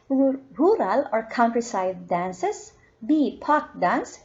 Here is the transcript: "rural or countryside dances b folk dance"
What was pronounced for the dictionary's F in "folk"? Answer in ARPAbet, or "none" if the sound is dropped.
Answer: P